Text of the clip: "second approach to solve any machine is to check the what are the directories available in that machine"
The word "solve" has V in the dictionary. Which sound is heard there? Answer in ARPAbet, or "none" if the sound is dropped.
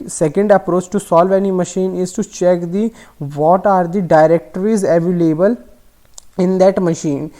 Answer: V